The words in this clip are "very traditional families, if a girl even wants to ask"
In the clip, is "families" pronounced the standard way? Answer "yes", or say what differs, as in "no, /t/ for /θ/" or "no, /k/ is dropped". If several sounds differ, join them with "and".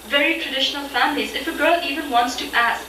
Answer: yes